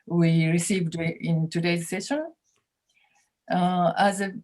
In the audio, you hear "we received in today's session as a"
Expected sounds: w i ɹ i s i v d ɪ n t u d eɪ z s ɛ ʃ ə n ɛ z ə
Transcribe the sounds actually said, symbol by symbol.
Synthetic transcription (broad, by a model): w i ɹ i s i v d ɪ n t u d eɪ z s ɛ ʃ ə n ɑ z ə